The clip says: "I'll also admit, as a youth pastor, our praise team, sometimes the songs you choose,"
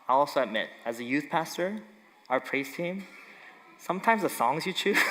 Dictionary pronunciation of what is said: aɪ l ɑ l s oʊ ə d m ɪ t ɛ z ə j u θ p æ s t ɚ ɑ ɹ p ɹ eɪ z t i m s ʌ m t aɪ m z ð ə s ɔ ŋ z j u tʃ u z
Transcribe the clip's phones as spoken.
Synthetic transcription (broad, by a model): aɪ ɑ l s oʊ ə d m ɪ t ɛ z ə j u θ p æ s t ɚ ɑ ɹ p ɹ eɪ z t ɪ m s ʌ m t aɪ m z ð ə s ɔ ŋ z j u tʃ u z